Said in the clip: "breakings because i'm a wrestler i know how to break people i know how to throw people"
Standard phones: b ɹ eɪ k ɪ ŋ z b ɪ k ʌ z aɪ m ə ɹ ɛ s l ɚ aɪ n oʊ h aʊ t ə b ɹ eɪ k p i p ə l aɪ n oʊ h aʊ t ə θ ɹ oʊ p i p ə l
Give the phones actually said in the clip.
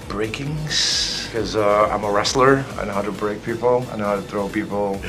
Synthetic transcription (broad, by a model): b ɹ eɪ k ɪ ŋ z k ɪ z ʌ aɪ m ə ɹ ɛ s l ɚ aɪ n oʊ h aʊ t ə b ɹ eɪ k p i p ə l aɪ n oʊ h aʊ t ə θ ɹ oʊ p i p l